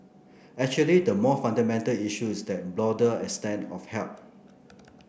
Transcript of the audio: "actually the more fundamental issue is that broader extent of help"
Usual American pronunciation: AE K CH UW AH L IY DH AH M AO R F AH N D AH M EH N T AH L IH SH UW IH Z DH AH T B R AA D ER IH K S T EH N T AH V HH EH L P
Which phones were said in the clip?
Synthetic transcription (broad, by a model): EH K CH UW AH L IY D AH M AO F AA N D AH M EH N T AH L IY SH UW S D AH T B L AA D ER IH S T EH N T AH F HH EH L P